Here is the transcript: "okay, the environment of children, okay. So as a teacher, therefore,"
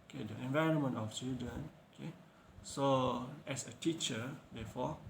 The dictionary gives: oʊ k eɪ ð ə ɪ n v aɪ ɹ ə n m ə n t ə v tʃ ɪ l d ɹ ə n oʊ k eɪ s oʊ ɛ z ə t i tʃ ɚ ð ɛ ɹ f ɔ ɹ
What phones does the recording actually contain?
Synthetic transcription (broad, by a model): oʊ k eɪ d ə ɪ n v aɪ ɹ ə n m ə n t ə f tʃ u d ə n oʊ k eɪ s oʊ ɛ s ə t i tʃ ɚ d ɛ f ɔ